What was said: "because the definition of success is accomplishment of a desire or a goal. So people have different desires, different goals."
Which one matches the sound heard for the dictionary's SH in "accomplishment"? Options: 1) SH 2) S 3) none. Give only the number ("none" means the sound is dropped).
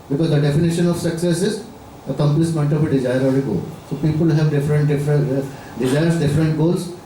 2